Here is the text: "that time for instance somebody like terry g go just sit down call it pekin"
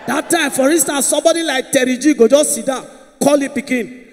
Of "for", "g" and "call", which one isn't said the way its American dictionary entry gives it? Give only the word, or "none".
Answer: none